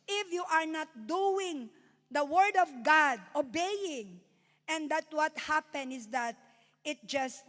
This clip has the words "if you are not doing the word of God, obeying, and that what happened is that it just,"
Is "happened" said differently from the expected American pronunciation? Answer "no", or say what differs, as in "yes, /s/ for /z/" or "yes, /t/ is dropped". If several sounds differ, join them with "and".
yes, /d/ is dropped